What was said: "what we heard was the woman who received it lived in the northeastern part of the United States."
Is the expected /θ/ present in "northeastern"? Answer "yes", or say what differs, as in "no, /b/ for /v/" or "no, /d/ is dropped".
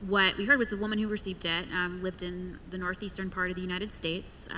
yes